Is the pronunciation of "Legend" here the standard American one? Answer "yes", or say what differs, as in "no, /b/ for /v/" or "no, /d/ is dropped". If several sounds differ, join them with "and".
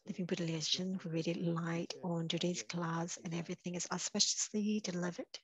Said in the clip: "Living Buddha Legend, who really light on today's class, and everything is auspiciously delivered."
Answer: no, /ʃ/ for /dʒ/